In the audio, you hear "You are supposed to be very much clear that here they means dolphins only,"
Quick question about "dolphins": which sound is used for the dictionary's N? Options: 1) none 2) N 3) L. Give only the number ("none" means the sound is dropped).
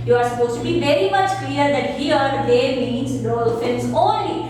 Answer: 3